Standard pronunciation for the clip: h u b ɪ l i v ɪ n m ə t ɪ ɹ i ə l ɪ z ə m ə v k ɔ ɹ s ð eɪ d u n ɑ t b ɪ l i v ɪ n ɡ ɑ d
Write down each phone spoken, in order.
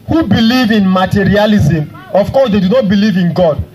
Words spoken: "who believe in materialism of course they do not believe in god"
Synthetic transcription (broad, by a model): h u b ɪ l i v ɪ n m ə t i ɹ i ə l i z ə m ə f k ɔ s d eɪ d u n ɑ t b ɪ l i v ɪ n ɡ ɑ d